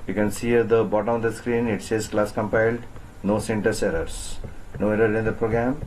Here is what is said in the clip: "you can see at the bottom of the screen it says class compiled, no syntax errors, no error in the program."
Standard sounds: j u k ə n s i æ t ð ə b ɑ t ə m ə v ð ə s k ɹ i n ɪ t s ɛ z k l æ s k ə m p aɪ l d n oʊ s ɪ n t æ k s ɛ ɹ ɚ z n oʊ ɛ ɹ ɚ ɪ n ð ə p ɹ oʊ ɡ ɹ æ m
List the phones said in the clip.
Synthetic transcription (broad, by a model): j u k ə n s i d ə b ɑ t ə m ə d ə s k ɹ i n ɪ t s ɛ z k l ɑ s k ə m p aɪ l d n oʊ s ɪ n t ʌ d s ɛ ɹ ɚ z n oʊ ɛ ɹ ɚ ɪ n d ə p ɹ oʊ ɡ ɹ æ m